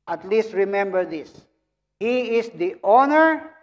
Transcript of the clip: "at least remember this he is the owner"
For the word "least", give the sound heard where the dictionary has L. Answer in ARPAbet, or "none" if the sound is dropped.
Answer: L